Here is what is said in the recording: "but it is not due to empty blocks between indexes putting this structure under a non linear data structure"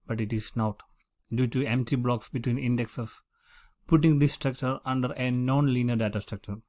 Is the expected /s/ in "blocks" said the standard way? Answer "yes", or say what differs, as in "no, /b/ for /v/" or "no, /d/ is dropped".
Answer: yes